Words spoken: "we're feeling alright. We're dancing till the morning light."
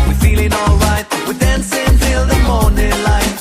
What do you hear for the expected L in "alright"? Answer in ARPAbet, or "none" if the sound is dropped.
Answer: L